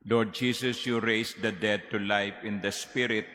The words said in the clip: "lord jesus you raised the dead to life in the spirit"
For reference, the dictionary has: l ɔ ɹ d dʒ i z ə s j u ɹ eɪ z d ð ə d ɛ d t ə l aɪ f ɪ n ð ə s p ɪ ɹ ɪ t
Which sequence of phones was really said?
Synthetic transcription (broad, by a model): l ɔ ɹ d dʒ i s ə s j u ɹ eɪ s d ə d ɛ d t ə l aɪ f ɪ n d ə s p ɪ ɹ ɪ t